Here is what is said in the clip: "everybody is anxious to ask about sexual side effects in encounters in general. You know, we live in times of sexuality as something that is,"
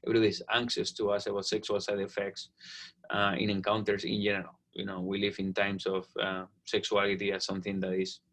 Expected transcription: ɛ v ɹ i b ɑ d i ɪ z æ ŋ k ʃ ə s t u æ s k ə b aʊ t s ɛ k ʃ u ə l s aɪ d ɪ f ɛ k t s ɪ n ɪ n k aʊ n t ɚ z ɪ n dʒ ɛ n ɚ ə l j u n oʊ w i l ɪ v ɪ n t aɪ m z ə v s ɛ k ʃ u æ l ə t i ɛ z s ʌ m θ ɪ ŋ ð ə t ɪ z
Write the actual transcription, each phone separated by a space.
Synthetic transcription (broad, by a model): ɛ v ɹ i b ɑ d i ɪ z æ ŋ k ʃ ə s t u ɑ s ə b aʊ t s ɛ k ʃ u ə l s aɪ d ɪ f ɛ k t s ɪ n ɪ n k aʊ n t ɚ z ɪ n dʒ ɛ n ɚ ə l j u n oʊ w i l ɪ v ɪ n t aɪ m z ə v s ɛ k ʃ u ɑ l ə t i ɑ s ʌ m θ ɪ ŋ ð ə t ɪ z